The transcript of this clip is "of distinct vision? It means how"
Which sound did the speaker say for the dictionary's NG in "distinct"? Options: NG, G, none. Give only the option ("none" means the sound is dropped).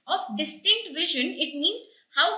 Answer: NG